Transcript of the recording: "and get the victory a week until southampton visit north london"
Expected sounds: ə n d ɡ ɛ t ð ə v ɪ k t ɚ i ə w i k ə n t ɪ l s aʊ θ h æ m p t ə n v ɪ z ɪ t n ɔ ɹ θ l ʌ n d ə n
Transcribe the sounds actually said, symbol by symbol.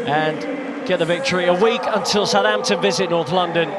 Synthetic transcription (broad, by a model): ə n ɡ ɛ t ð ə v ɪ k t ɚ i ə w i k ə n t ɪ l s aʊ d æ m t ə v ɪ z ɪ t n ɔ ɹ θ l ʌ n d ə n